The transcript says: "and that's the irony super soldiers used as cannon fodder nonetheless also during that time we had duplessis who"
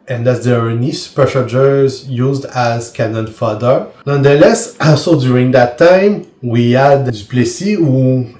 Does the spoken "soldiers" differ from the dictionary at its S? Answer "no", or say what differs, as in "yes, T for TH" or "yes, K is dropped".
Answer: yes, SH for S